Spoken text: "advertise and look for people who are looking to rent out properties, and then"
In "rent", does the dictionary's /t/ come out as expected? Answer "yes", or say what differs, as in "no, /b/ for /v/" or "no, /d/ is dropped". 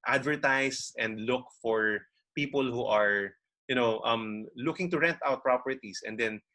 yes